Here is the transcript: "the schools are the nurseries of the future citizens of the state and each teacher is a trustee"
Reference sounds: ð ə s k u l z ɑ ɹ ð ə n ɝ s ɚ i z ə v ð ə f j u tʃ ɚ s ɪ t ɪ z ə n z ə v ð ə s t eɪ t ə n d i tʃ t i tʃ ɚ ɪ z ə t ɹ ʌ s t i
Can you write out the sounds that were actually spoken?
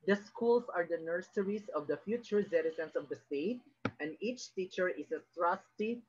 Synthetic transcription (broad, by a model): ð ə s k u l s ɑ ɹ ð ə n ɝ s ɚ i s ə v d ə f j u tʃ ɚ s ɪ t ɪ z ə n s ə v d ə s t eɪ t ə n d i tʃ t i tʃ ɚ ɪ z ə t ɹ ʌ s t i